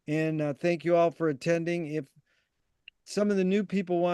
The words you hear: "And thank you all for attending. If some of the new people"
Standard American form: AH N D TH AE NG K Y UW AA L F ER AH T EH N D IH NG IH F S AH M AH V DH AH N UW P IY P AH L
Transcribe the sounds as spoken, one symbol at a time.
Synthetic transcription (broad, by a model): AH N TH AE NG K Y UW AA L F ER AH T EH N D IH NG IH F S AH M AH V DH AH N UW P IY P L